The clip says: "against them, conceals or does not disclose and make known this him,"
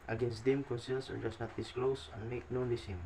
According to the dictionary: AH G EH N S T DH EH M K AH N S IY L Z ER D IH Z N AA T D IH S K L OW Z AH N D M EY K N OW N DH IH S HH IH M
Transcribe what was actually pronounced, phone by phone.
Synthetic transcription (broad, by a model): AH G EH N S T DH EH M K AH N S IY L S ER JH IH S N AA T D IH S K L OW S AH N M EY K N OW N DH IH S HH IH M